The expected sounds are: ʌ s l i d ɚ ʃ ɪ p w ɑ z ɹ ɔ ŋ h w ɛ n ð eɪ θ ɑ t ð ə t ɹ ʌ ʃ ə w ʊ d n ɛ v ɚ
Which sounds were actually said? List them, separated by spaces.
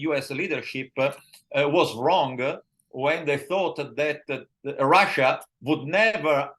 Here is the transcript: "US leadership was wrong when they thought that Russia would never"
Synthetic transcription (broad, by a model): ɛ s l i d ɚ ʃ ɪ p w ɑ z ɹ ɔ ŋ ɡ w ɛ n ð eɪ θ ɑ t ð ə t ɹ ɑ ʃ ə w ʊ d n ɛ v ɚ